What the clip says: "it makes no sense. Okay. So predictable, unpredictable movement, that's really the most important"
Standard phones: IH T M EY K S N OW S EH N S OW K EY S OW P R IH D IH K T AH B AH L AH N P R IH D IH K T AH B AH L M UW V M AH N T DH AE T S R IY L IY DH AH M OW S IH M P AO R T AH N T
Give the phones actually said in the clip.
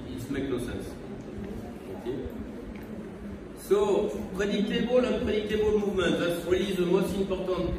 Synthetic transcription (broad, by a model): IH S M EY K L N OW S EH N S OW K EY S OW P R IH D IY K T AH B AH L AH P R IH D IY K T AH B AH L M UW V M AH T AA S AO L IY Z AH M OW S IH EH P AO R T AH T